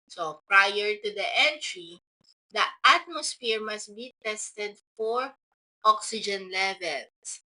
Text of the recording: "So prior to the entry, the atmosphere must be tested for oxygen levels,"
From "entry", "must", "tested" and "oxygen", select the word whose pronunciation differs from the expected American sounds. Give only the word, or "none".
none